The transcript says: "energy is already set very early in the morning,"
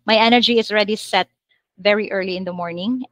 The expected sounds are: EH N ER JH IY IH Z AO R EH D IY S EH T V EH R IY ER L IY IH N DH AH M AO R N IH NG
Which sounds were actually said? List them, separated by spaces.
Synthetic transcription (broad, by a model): EH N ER JH IY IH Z AO R EH D IY S EH T V EH R IY ER L IY IH N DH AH M AO R N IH NG